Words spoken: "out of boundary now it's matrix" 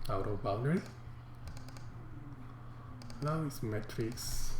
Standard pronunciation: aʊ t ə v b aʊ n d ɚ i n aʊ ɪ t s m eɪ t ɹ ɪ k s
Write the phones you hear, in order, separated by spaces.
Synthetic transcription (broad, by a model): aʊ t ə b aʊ l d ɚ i l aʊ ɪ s m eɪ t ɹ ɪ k s